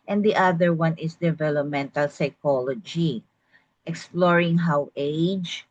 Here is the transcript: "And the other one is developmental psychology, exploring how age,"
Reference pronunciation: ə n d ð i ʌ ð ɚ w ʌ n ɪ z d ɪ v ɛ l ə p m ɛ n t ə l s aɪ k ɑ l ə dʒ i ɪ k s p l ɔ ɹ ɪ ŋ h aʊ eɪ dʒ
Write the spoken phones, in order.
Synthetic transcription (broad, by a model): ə n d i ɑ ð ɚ w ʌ n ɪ s d ɪ v ɛ l ə p m ɛ n t ə l s aɪ k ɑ l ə dʒ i ɪ k s p l ɔ ɹ ɪ ŋ h aʊ eɪ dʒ